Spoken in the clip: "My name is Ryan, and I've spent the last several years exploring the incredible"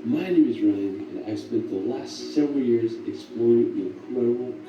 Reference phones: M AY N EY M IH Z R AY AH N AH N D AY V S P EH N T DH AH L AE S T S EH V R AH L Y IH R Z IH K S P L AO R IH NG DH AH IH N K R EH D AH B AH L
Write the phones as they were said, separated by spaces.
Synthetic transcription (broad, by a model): M AY N EY M IH Z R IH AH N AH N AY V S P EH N DH AH L AE S T S EH V R L Y IH R Z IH K S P L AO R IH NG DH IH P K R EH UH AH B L